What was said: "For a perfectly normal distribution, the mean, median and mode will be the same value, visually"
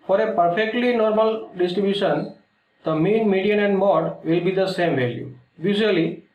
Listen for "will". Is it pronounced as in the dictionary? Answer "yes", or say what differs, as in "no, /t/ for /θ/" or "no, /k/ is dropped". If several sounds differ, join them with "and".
yes